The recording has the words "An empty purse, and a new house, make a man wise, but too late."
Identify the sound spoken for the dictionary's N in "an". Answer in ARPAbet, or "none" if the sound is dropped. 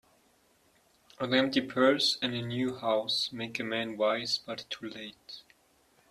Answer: L